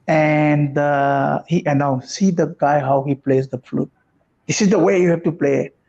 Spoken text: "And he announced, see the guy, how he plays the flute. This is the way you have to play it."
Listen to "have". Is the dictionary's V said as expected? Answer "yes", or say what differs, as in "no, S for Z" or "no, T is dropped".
no, F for V